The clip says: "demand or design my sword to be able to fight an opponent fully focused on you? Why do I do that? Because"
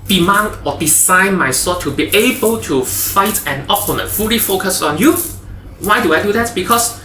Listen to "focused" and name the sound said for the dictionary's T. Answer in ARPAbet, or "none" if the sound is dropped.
none